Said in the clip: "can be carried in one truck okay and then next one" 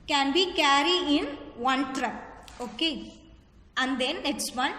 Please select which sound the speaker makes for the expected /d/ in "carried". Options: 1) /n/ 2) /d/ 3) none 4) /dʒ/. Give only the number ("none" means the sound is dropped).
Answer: 3